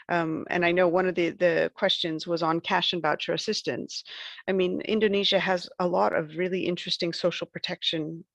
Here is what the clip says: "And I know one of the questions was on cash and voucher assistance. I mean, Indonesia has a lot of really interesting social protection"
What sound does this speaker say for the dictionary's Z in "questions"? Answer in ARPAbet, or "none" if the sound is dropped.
Z